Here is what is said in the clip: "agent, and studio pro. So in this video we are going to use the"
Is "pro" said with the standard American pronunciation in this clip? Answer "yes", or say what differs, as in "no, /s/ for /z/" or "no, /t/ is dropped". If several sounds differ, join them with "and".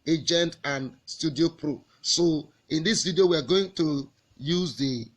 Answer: yes